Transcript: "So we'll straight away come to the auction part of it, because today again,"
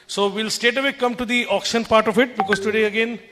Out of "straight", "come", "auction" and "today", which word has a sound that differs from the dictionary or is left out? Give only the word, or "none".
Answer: straight